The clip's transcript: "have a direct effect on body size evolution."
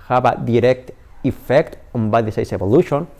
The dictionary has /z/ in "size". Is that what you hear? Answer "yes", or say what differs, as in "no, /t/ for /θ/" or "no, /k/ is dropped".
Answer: no, /s/ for /z/